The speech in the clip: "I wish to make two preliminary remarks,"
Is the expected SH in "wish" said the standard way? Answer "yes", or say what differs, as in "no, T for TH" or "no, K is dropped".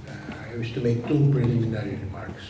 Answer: no, S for SH